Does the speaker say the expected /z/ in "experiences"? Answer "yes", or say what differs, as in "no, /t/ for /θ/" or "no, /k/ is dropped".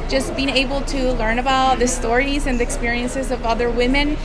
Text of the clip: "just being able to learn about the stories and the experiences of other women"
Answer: yes